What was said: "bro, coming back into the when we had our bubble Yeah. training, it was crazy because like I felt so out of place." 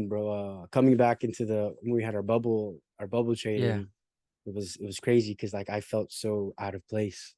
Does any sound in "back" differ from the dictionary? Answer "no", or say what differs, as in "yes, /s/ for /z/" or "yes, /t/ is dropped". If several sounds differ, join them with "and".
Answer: no